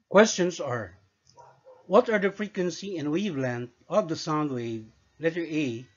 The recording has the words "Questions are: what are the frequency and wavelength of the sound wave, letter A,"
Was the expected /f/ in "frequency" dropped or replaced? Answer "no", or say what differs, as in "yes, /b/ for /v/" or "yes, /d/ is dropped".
no